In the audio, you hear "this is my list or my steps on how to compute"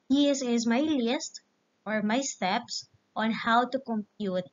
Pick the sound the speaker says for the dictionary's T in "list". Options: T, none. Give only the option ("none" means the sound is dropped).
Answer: T